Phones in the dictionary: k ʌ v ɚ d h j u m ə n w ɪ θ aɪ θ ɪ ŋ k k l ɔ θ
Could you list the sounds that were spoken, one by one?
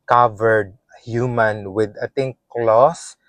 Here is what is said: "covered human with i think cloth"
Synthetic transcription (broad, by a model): k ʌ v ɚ d h j u m ə n w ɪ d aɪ t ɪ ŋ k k l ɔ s